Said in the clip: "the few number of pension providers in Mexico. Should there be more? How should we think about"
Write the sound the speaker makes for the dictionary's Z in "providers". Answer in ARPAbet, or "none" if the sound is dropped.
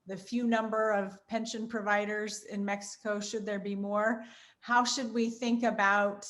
Z